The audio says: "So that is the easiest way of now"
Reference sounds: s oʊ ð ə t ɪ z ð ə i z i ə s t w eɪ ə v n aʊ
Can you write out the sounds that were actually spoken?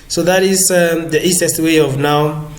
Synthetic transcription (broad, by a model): s oʊ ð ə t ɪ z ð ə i s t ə s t w eɪ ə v n aʊ